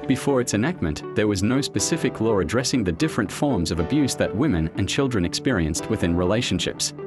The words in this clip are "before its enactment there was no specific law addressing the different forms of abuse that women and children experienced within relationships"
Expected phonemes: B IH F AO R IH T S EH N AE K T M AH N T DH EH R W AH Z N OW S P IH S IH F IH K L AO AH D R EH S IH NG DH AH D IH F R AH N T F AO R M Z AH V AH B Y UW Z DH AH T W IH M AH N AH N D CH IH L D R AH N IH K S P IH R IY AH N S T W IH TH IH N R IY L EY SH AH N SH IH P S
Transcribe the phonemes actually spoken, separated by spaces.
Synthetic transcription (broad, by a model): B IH F AO R IH T S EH N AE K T M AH N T DH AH R W AH Z N OW S P IH S IH F IH K L AO AH D R EH S IH NG DH AH D IH F R AH N T F AO R M Z AH V AH B Y UW Z DH AH T W IH M AH N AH N CH IH L D R AH N IH K S P IH R IY AH N S T W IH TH IH N R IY L EY SH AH N SH IH P S